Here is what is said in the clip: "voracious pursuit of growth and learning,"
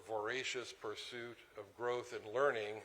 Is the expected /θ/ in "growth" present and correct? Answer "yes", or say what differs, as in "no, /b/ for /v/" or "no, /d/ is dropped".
yes